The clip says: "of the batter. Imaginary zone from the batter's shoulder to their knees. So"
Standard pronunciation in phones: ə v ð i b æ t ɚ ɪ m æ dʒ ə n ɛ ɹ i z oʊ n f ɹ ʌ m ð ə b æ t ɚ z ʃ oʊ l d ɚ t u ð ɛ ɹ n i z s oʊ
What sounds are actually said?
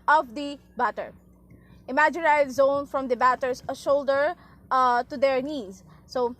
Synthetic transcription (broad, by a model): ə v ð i b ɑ t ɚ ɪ m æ dʒ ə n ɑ i z oʊ n f ɹ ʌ m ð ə b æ t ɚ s ʃ oʊ l d ɚ t u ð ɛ ɹ n i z s oʊ